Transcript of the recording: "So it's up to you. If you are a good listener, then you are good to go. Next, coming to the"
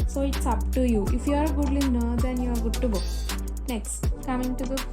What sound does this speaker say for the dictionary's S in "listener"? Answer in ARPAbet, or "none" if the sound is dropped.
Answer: none